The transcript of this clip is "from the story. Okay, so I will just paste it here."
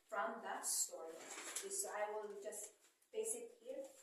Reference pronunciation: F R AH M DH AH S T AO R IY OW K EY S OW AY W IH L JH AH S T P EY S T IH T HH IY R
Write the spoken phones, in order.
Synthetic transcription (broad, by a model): F R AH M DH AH S T AO R IY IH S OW AY W IH L JH AH S T B EY S IH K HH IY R